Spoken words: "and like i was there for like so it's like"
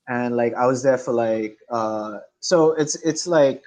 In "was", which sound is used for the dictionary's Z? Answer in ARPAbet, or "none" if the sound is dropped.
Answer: Z